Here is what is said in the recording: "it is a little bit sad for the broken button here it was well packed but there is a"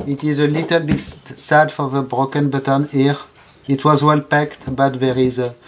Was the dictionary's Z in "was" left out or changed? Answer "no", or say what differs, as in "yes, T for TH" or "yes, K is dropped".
no